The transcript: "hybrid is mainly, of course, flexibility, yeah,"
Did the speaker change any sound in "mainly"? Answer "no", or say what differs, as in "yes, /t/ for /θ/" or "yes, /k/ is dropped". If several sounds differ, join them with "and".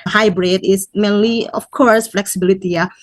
no